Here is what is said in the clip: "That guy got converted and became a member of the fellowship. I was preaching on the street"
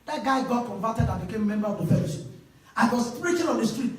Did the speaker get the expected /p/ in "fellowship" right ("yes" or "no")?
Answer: no